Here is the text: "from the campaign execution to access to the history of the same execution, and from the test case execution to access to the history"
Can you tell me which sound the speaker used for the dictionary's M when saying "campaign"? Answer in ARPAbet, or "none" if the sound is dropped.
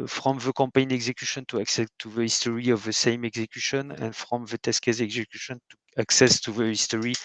none